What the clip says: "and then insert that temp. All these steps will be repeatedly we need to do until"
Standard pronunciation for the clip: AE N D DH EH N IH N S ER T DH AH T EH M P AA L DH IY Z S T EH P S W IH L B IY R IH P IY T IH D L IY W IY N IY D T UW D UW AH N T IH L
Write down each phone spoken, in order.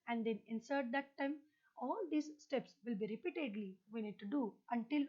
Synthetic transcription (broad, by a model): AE N D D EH N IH N S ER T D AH T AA M AA L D IY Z S T EH P S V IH L B IY R IH P IY T IH D L IY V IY N IY D T UW D UW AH N T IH L